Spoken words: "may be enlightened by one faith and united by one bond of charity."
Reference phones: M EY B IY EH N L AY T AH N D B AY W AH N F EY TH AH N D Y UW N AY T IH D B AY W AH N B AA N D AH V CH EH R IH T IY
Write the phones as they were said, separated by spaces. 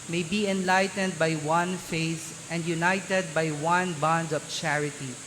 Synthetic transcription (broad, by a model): M EY B IY EH N L AY T AH N D B AY W AH N F EY S AH N D Y UW N AY T IH D B AY W AH N B AA N D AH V CH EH R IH T IY